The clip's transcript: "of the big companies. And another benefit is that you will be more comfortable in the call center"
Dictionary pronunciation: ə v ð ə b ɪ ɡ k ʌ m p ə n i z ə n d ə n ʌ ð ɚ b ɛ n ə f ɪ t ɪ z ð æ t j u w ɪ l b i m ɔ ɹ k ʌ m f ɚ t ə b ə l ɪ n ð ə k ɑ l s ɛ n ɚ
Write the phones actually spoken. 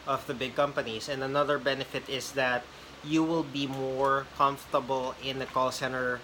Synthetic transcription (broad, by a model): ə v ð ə b ɪ ɡ k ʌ m p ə n i s ə n d ə n ʌ ð ɚ b ɛ n ə f ɪ t ɪ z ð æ t j u w ɪ l b i m ɔ ɹ k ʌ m f t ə b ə l ɪ n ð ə k ɑ l s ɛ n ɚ